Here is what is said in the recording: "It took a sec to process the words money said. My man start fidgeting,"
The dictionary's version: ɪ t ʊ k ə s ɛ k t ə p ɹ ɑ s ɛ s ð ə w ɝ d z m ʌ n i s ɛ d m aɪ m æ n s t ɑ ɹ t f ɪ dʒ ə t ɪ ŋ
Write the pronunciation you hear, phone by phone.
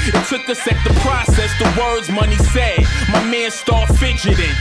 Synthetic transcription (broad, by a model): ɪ t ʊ k ə s ɛ k t ə p ɹ ɑ s ɛ s ð ə w ɝ d z m ʌ n i s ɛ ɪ m aɪ m æ n s t ɑ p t f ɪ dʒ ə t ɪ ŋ